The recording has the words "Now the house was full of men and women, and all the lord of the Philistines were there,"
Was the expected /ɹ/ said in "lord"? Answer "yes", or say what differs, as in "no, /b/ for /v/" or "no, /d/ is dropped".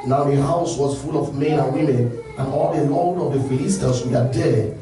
no, /l/ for /ɹ/